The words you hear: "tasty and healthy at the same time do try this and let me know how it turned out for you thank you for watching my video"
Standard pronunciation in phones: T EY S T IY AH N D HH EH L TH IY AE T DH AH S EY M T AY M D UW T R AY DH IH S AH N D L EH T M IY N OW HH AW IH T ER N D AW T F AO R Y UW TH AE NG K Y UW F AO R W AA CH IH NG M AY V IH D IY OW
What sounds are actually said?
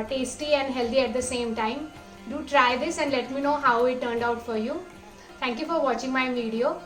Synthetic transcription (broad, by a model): T EY S T IY AH N D HH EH L T IY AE T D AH S EY M T AY M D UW T R AY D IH S AH N D L EH T M IY N OW HH AW IH T ER N D AW T F AO R Y UW T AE NG K Y UW F AO R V AA CH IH NG M AY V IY D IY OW